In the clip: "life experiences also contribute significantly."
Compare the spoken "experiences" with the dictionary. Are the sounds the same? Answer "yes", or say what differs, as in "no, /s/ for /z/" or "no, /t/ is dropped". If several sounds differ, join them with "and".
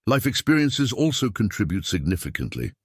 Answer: yes